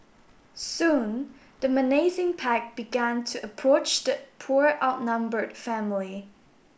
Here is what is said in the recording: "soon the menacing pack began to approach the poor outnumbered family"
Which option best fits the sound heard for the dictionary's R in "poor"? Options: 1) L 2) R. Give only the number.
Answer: 2